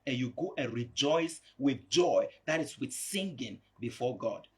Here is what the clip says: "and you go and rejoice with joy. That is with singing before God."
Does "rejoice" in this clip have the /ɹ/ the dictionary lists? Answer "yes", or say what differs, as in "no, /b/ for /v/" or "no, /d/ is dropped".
yes